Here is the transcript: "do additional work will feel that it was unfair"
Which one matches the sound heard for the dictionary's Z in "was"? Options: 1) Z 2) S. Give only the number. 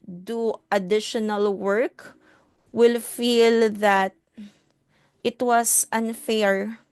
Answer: 2